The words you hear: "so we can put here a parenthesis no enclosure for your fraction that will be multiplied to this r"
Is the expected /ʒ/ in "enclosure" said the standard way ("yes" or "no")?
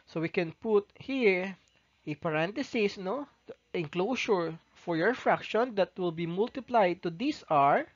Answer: no